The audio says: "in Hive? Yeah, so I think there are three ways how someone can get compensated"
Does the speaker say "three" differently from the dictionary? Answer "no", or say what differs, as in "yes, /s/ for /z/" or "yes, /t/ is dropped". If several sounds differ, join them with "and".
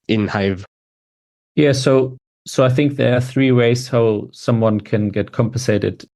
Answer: no